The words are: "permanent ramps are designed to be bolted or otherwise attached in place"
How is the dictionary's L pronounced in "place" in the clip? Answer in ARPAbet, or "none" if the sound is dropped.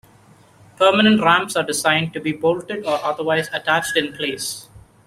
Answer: L